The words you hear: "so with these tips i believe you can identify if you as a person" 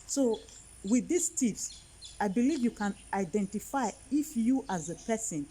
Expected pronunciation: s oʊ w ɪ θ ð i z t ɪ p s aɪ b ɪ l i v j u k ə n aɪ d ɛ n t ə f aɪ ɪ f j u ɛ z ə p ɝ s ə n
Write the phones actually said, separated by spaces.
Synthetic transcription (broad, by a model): s oʊ w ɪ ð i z t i f s aɪ b ɪ l i v j u k ə n aɪ d ɛ n t ə f aɪ ɪ f j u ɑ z ə p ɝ s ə n